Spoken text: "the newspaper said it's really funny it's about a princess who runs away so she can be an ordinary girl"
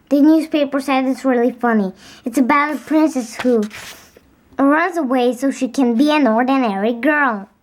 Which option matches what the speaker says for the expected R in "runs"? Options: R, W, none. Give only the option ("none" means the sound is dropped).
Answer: R